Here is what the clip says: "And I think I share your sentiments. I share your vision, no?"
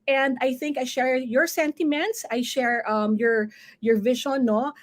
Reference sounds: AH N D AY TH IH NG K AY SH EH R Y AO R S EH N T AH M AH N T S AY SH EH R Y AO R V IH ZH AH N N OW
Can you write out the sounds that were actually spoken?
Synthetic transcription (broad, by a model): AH N D AY TH IH NG K AY SH EH R Y AO R S EH N T AH M AH N T S AY SH EH R Y AO R V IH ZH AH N N OW